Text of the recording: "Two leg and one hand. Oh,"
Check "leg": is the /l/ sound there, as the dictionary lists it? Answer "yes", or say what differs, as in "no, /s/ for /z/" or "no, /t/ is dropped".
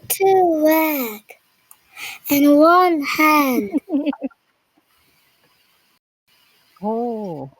no, /w/ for /l/